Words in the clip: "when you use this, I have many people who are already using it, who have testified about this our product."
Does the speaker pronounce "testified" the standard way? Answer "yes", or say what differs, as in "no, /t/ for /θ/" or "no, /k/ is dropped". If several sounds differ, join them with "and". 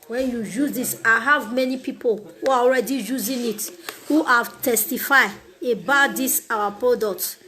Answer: no, /d/ is dropped